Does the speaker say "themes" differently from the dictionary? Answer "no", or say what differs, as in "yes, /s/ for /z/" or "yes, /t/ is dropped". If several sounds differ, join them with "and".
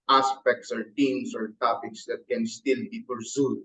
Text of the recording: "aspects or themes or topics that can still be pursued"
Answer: yes, /t/ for /θ/